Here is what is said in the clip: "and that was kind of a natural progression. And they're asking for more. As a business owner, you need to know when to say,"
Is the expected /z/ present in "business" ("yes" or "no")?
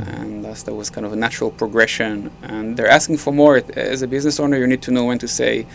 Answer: yes